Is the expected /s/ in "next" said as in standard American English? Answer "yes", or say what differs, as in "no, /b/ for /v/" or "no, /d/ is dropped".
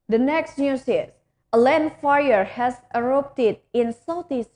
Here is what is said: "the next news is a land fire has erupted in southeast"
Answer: yes